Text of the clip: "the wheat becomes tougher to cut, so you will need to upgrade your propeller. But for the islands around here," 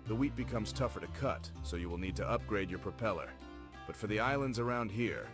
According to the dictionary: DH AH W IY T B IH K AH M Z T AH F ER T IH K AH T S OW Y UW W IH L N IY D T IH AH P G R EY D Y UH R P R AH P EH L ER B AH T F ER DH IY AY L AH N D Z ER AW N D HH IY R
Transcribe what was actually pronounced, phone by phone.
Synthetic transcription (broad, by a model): DH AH W IY T B IH K AH M Z T AH F ER T IH K AH T S OW Y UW W IH L N IY D T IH AH P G R EY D Y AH R P R AH P EH L ER B AH T F ER DH IY AY L AH N D Z ER AW N D HH IY R